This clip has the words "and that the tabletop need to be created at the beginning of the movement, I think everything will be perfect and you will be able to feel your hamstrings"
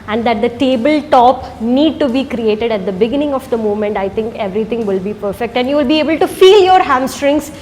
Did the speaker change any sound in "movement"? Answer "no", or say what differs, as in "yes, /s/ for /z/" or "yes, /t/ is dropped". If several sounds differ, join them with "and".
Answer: yes, /v/ is dropped